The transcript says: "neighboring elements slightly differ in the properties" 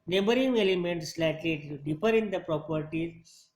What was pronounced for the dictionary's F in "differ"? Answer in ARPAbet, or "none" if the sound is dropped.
P